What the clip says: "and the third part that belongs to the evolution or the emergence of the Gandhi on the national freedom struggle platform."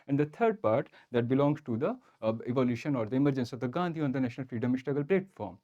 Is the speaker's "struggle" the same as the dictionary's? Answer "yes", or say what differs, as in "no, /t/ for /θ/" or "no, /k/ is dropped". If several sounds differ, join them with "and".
no, /ɹ/ is dropped